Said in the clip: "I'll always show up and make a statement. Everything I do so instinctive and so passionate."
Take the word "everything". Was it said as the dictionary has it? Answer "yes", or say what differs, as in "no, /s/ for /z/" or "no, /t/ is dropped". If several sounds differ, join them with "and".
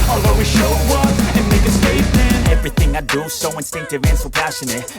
yes